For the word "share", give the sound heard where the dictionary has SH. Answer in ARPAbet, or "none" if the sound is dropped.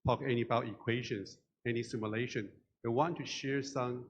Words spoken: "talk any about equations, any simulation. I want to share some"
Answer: SH